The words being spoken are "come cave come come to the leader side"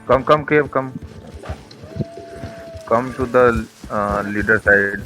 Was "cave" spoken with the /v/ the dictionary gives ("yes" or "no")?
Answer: no